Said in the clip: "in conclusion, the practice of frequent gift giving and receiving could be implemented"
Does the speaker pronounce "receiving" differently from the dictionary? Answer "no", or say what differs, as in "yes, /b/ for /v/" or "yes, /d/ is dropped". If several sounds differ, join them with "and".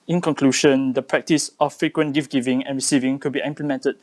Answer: no